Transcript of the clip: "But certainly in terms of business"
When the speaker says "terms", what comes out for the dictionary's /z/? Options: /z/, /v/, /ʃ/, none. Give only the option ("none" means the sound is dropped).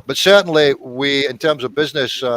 /z/